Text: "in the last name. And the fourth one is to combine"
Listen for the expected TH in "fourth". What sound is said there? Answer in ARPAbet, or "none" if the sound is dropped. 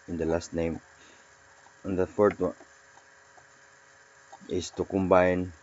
T